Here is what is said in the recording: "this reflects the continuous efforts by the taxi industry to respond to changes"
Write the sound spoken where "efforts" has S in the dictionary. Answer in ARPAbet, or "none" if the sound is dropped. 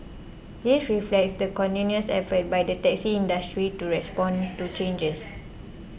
none